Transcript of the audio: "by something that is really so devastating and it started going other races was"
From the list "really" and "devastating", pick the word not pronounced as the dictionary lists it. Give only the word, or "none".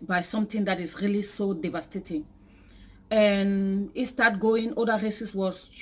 none